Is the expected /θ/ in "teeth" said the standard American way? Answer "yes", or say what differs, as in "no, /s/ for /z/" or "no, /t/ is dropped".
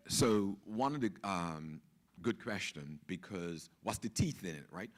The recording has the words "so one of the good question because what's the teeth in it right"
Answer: yes